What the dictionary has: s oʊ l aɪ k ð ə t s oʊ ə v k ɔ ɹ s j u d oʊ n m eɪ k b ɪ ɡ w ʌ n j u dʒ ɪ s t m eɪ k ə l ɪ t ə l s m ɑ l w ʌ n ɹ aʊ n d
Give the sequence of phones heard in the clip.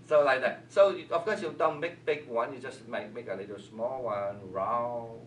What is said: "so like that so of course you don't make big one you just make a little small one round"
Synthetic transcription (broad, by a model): s oʊ l aɪ k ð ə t s oʊ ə f k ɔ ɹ s j u d oʊ n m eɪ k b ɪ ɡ w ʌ n j u dʒ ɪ s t m eɪ k ə l ɪ t ə l s m ɑ l w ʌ n ɹ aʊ